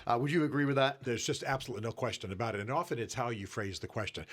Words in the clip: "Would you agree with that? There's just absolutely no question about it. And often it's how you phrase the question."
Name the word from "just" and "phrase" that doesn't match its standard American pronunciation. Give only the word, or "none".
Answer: none